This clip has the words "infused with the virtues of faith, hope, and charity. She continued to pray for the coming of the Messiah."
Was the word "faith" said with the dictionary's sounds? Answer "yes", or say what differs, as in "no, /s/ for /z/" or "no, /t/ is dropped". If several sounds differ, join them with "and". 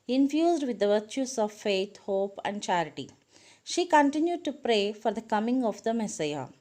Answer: no, /t/ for /θ/